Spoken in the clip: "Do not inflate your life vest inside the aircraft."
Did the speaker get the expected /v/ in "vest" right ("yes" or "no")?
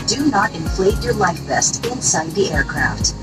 no